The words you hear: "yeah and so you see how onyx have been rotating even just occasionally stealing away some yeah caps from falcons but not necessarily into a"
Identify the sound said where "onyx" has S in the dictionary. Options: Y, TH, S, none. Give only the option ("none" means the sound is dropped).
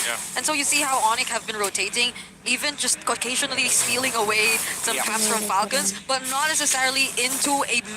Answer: none